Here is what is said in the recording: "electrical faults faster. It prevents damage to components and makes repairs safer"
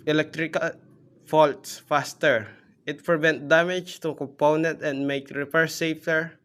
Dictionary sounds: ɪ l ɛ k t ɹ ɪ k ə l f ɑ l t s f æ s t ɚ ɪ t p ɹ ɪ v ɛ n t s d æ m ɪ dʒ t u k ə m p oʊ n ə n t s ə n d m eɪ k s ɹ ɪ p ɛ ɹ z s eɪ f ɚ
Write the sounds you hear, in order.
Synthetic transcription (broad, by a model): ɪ l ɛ k t ɹ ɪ k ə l f ɑ l t s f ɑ s t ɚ ɪ t p ɹ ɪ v ɛ n t d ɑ m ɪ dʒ t u k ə m p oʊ n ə n t ə n d m eɪ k ɹ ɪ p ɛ ɹ s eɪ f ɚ